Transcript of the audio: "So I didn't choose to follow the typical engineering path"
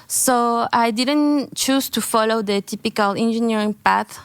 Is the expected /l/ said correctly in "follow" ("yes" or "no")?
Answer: yes